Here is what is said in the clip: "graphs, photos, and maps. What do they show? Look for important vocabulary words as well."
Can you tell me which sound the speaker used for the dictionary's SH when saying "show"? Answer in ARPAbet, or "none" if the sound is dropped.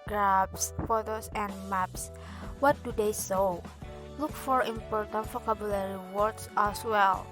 S